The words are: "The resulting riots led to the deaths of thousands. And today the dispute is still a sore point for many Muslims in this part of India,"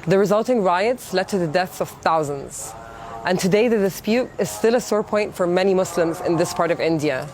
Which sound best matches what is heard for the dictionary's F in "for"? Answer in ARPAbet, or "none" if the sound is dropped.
F